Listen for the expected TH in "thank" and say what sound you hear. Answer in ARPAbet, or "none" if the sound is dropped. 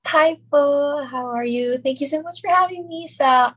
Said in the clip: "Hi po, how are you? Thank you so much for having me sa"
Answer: TH